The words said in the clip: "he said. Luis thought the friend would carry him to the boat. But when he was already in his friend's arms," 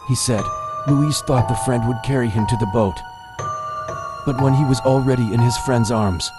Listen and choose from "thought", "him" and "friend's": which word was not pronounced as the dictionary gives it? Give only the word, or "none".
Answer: none